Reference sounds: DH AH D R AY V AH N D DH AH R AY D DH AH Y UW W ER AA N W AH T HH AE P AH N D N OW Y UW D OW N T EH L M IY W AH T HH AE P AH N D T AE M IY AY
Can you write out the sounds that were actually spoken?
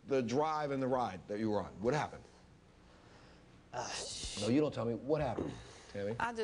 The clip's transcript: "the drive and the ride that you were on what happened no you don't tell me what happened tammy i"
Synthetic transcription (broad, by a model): DH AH D R AY V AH N DH AH R AY D DH AH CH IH W ER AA N W AH T HH AE P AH N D N OW Y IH D OW N T EH L M IY W AH T HH AE P AH N D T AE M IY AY